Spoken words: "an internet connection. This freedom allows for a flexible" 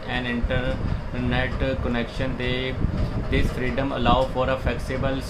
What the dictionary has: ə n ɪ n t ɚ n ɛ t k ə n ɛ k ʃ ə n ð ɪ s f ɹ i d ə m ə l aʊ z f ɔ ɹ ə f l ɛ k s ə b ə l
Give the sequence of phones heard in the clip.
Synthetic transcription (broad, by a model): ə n ɪ n t ɚ n ɛ t k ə n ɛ k ʃ ə n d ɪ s f ɹ i d ə m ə l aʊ f ɔ ɹ ə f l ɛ k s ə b ə l